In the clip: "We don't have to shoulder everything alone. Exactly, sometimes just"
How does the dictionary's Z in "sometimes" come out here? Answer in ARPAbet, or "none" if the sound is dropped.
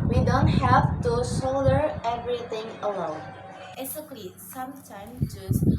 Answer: none